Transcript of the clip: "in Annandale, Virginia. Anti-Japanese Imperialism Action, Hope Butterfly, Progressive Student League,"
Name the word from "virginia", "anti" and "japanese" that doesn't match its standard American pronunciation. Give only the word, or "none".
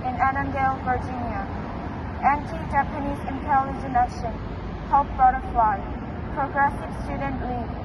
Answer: none